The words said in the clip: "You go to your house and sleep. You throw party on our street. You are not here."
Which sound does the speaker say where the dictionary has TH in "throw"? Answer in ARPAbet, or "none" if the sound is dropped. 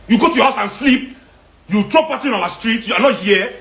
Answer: T